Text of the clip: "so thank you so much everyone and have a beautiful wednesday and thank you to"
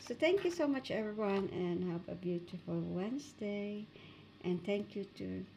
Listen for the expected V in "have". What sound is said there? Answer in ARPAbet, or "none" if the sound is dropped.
P